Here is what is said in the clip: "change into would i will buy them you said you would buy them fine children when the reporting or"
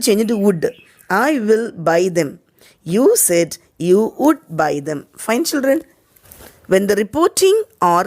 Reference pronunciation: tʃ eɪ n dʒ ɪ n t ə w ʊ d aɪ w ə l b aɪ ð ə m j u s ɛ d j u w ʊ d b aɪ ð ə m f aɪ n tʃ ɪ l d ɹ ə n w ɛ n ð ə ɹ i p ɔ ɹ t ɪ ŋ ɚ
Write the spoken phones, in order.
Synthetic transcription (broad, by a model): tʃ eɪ n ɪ t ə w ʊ d aɪ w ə l b aɪ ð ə m j u s ɛ d j u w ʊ d b aɪ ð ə m f aɪ n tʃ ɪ l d ɹ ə n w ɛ n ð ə ɹ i p ɔ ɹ t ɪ ŋ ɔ